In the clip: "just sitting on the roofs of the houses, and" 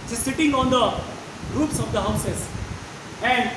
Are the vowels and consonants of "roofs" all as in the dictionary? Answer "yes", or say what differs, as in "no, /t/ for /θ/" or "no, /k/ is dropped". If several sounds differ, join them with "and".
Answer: no, /p/ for /f/